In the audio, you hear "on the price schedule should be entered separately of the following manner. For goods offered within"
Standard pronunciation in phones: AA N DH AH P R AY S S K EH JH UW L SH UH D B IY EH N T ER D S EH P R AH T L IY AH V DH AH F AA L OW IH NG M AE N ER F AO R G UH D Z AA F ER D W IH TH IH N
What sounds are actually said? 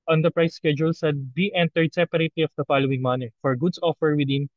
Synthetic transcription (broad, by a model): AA N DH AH P R AY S S K EH JH UW L S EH D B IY EH N T ER D S EH P R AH T L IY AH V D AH F AA L OW IH NG M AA N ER F AO R G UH D S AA F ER W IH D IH N